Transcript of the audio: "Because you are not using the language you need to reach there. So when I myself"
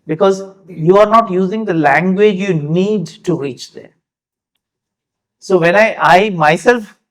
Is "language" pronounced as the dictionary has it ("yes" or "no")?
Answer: yes